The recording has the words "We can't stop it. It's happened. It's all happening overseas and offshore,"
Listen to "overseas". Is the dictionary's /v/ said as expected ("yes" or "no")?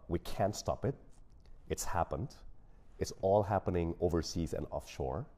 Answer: yes